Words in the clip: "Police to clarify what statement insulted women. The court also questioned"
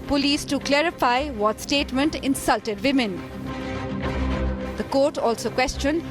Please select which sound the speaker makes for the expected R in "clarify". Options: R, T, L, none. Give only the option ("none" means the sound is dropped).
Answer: R